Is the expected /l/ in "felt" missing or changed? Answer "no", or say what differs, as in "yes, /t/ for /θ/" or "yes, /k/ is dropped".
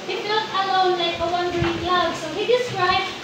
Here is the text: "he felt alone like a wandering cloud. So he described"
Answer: yes, /l/ is dropped